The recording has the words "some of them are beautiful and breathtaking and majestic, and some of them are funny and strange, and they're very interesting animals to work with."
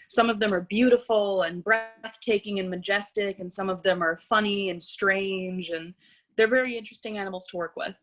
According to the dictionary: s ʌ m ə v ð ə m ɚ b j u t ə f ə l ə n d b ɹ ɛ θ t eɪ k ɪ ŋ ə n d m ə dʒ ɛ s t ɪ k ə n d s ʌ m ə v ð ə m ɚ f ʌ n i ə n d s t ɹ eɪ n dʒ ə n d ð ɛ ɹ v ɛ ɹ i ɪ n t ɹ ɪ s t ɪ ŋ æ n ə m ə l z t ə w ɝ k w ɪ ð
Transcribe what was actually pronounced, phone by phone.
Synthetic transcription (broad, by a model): s ʌ m ə v ð ə m ɚ b j u t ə f l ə n b ɹ ɛ θ t eɪ k ɪ ŋ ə n m ə dʒ ɛ s t ɪ k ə n s ʌ m ə v ð ə m ɚ f ʌ n i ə n s t ɹ eɪ n dʒ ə n ð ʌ ɹ v ɛ ɹ i ɪ n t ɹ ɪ s t ɪ ŋ æ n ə m l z t ə w ɝ k w ɪ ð